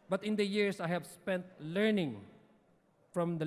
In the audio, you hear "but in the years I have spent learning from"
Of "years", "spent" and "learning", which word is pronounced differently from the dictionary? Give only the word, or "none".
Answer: years